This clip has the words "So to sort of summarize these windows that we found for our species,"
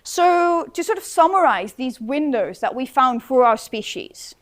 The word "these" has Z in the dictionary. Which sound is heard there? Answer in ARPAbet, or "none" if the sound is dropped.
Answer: Z